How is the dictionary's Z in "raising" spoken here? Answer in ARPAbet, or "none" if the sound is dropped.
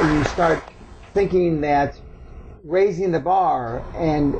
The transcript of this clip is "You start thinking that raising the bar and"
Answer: Z